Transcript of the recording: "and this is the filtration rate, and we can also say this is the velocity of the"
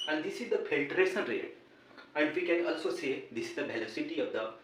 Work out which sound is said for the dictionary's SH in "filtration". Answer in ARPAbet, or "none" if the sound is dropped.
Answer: S